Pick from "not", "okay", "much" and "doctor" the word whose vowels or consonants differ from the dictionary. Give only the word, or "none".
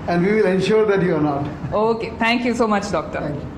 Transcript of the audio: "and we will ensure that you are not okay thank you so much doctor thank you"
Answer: none